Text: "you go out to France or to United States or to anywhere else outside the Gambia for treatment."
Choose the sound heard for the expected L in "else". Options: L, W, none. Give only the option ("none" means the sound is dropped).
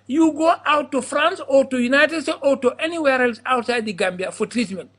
L